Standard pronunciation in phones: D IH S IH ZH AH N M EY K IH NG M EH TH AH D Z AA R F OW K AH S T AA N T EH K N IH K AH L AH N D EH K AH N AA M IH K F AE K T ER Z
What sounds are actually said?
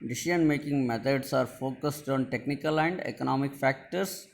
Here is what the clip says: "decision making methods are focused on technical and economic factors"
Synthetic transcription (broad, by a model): D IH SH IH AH N M EY K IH NG M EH T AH D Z AA R F OW K AH S T AA N T EH K N IH K AH L AH N D EH K AH N AA M IH K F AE K T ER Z